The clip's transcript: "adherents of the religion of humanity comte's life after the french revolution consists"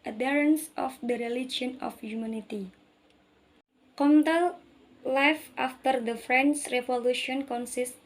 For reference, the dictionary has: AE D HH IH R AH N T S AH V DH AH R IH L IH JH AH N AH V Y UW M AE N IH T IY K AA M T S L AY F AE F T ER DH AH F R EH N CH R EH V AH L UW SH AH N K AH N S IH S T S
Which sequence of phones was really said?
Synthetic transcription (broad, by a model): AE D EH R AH N S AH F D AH R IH L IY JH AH N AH F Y UW M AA N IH T IY K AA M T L L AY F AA F T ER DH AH F R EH N S R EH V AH L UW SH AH N K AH N S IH S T